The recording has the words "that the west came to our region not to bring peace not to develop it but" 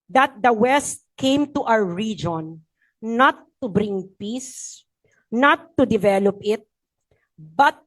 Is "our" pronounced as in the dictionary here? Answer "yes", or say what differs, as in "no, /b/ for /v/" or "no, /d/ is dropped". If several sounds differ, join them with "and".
no, /w/ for /ɹ/